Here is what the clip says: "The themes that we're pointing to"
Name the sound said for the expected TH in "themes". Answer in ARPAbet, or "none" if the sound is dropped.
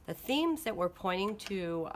TH